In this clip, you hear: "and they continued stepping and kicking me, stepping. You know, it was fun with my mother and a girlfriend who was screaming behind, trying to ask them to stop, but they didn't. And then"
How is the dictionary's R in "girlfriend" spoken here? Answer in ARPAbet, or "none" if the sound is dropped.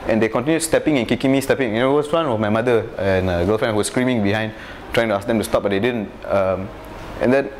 none